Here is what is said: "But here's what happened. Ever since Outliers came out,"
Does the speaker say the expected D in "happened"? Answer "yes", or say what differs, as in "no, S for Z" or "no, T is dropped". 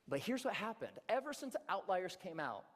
yes